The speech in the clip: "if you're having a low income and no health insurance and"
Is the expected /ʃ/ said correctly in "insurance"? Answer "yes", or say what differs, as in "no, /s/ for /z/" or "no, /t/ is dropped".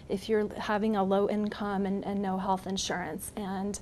yes